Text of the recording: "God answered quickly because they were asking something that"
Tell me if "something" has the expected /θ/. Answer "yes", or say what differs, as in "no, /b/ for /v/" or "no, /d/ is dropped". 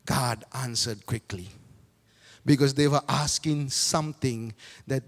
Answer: no, /t/ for /θ/